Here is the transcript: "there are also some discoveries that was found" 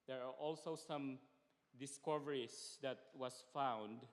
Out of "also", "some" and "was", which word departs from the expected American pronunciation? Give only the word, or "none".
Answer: was